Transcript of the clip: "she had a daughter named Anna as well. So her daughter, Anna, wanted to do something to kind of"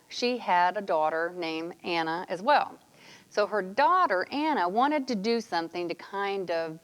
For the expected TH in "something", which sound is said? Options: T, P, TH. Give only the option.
TH